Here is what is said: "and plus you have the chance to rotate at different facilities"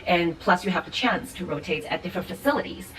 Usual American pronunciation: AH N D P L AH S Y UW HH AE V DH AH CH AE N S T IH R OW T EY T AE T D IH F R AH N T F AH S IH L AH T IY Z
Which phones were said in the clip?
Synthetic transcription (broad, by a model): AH N P L AH S Y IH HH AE V DH AH CH AE N S T IH R OW T EY T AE T D IH F R AH N T F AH S IH L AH T IY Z